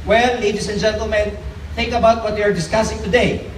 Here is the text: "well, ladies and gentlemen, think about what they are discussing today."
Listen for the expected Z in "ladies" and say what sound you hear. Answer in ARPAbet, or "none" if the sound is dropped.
S